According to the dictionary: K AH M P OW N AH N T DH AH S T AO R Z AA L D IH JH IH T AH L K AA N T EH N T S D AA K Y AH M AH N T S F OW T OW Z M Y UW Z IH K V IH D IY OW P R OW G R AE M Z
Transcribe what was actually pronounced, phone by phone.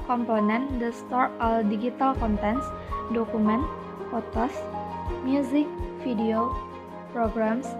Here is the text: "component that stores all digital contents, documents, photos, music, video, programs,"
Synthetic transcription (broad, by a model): K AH M P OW N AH N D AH S T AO R AA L D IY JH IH T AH L K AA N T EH N S D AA K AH M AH N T F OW T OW S M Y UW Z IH K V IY D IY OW P R OW G R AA M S